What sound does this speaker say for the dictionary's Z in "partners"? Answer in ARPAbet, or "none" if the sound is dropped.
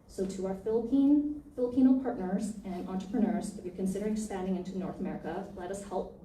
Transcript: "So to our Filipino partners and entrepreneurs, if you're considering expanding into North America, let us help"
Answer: Z